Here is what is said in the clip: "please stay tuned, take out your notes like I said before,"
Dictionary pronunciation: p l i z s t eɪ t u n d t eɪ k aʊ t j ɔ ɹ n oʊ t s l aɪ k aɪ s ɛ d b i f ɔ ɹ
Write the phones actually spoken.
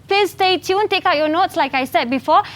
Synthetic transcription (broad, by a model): p l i s t eɪ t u n t eɪ k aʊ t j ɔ n oʊ t s l aɪ k aɪ s ɛ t b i f ɔ